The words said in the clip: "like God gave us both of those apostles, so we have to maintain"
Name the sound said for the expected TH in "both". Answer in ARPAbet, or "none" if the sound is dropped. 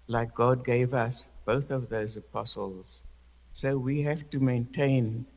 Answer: TH